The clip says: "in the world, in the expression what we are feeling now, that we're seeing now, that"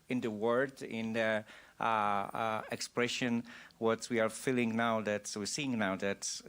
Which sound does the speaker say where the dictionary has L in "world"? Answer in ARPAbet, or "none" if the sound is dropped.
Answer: none